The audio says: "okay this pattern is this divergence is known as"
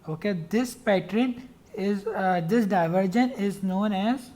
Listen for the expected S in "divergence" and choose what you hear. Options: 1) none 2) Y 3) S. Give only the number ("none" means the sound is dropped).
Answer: 1